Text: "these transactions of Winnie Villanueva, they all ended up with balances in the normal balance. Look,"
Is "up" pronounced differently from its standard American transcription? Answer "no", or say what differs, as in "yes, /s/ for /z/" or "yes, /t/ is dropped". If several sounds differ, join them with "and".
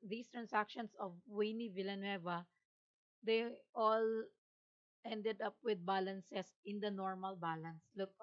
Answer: no